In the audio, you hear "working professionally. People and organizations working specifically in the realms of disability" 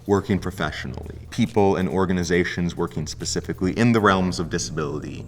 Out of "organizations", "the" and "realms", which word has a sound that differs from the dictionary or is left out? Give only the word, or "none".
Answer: none